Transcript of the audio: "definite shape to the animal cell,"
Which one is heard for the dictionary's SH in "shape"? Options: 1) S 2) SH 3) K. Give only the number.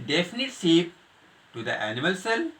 1